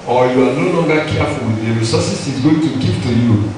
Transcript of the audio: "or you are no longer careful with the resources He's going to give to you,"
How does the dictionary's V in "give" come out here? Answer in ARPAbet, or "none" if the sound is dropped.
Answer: P